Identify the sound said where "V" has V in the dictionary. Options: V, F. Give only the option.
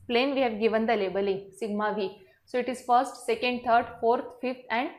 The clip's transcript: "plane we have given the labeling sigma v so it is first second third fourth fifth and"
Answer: V